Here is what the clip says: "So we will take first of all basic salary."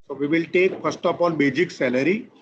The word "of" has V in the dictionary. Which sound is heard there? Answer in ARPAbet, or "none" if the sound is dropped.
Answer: P